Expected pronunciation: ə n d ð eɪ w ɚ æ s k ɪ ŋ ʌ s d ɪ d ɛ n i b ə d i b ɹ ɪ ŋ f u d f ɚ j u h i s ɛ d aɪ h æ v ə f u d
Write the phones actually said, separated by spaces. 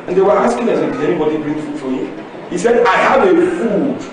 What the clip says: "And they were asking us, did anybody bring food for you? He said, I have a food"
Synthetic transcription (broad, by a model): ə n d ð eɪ w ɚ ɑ s k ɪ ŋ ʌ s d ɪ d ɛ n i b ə d i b ɹ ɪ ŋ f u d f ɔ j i h i s ɛ d aɪ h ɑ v ə f u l